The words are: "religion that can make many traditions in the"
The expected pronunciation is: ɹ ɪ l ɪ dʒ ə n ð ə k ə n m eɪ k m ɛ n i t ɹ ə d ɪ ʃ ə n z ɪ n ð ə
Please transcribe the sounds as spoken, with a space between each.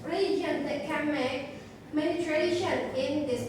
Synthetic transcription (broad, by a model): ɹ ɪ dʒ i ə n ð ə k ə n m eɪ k m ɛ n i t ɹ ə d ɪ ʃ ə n ɪ n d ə